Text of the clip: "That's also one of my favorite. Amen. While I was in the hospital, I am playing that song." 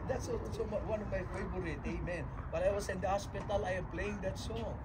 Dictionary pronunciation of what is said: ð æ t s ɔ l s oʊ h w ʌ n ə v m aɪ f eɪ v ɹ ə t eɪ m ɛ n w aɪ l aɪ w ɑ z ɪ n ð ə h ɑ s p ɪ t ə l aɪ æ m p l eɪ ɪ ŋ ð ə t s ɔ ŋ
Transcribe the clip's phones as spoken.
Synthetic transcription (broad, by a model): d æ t s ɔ s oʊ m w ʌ n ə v m aɪ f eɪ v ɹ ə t eɪ m ɛ n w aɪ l aɪ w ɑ s ɪ n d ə h ɑ s p ɪ t ə l aɪ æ m p l eɪ ɪ ŋ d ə t s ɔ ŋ